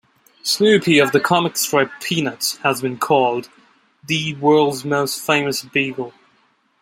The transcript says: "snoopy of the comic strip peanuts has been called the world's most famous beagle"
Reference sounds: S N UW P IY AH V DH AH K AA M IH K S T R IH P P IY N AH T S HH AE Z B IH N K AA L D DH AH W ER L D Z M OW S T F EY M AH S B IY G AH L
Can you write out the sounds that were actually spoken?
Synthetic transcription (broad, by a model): S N UW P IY AH V DH AH K AA M IH K S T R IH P P IY N AH T S HH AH Z B IH N K AA L D DH AH W ER L D Z M OW S T F EY M AH S B IY G AH L